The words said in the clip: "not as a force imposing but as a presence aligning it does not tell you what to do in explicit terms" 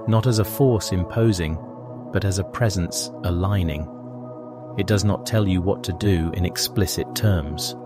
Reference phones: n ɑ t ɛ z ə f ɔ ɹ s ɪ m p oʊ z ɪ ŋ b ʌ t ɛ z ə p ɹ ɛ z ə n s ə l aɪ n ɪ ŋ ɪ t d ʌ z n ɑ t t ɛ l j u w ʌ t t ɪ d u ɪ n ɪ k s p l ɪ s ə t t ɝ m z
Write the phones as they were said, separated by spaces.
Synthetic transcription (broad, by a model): n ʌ t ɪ z ə f ɔ ɹ s ɪ m p oʊ z ɪ ŋ b ʌ t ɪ z ə p ɹ ɛ z ə n s ə l aɪ n ɪ ŋ ɪ t d ʌ z n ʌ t t ɛ l j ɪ w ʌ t t ɪ d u ɪ n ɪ k s p l ɪ s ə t t ɝ m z